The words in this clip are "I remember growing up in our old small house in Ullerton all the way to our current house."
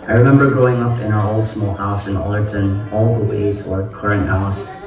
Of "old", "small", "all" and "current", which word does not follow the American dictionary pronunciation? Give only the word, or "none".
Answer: none